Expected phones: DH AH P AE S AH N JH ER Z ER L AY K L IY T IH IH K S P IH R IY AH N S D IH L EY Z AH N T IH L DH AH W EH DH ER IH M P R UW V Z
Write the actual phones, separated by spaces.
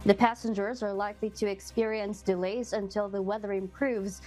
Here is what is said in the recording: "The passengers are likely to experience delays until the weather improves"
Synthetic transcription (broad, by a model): DH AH P AE S AH N JH ER Z ER L AY K L IY T IH IH K S P IH R IY AH N S D IH L EY Z AH N T IH L DH AH W EH DH ER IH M P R UW V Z